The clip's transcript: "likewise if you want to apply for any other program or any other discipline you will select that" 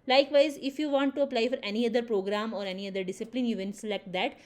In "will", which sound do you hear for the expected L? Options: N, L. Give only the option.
N